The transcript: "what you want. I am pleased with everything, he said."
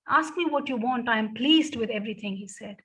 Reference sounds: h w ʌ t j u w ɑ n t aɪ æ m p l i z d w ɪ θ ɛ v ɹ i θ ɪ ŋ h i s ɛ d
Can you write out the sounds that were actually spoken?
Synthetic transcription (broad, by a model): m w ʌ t j u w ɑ n t aɪ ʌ m p l i z d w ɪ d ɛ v ɹ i t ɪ ŋ h i s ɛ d